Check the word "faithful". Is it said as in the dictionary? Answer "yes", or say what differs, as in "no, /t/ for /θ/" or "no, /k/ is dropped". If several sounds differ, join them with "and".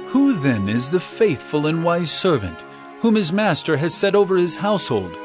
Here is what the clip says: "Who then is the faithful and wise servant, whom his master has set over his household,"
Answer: yes